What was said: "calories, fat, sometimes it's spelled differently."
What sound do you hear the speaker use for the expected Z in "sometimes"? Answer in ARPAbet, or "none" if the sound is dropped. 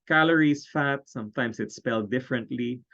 S